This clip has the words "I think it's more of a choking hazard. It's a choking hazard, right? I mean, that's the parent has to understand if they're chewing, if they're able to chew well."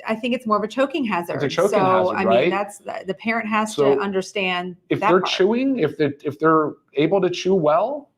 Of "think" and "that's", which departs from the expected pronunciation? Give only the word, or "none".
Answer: none